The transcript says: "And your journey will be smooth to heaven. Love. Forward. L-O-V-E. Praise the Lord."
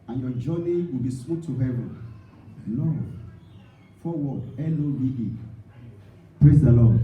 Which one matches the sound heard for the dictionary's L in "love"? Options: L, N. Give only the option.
N